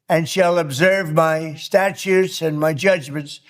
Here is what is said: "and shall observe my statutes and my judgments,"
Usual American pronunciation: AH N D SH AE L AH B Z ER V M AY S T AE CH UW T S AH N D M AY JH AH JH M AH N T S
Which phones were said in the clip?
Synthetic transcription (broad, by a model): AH N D SH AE L AH B Z ER V M AY S T AE CH UW T S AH N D M AY JH AH JH M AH N T S